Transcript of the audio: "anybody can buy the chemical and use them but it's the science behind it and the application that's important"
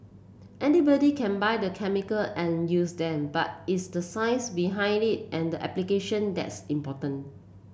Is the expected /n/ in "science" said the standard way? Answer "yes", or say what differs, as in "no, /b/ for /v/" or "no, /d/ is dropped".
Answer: no, /n/ is dropped